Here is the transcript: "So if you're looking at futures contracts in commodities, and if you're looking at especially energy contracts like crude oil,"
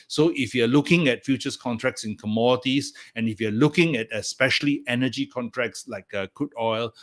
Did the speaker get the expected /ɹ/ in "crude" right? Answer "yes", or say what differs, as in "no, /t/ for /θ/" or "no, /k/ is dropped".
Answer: no, /ɹ/ is dropped